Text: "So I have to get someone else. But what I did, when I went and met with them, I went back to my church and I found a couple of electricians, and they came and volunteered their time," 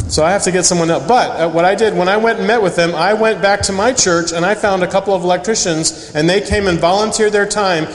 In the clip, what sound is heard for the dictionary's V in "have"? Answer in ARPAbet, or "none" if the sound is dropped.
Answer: F